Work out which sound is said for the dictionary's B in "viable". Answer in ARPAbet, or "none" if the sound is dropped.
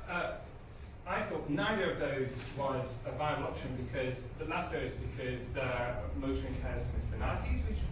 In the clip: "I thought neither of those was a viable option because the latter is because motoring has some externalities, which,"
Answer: none